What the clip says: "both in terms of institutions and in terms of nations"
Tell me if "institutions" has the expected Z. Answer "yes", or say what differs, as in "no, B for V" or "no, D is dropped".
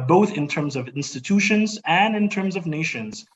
yes